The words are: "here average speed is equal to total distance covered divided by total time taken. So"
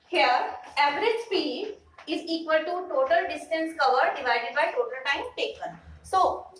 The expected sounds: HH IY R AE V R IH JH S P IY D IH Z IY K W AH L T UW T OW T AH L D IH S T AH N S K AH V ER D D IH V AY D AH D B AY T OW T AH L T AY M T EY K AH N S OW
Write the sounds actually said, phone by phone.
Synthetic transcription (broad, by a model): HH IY R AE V R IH JH S P IY D IH Z IY K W AH L T UW T OW T AH L D IH S T AH N S K AH V ER D D IH V AY D AH D B AY T OW T AH L T AY M T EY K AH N S OW